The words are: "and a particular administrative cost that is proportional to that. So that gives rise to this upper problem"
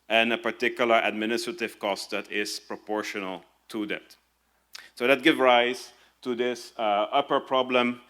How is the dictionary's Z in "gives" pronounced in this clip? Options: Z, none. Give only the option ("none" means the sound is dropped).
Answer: none